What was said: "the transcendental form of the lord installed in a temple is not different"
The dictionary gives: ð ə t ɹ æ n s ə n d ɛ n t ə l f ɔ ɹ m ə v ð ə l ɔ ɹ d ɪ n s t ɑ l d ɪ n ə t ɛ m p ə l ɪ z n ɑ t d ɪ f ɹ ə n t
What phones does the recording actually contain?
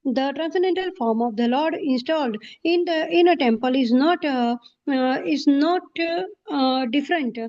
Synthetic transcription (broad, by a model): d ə t ɹ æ n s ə n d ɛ n t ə l f ɔ ɹ m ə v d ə l ɔ ɹ d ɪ n s t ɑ l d ɪ n ə t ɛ m p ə l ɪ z n ɑ t d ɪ f ɹ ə n t